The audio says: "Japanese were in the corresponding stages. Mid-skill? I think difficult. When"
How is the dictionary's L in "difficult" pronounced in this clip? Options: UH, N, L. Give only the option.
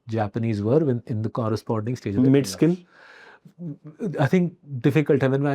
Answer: L